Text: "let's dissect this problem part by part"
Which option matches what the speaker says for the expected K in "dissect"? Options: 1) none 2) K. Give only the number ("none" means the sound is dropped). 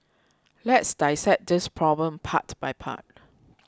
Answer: 1